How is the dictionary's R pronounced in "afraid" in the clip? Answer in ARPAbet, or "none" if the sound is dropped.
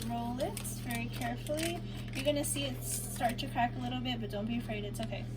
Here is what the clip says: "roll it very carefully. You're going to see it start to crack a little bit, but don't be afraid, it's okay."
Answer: R